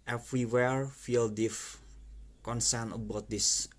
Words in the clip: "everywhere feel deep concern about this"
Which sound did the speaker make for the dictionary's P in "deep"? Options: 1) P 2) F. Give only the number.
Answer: 2